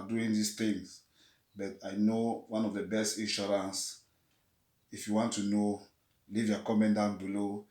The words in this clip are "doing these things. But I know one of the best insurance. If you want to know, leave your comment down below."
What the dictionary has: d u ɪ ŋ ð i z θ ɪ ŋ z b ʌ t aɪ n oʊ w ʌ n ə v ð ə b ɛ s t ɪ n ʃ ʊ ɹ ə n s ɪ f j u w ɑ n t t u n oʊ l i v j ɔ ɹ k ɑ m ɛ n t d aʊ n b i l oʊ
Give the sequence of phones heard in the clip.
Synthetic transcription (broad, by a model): d u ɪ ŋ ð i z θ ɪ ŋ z b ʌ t aɪ n oʊ w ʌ n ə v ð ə b ɛ s t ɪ n ʃ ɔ ɹ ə n s ɪ f j u w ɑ n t t u n oʊ l i v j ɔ k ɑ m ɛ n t d aʊ n b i l oʊ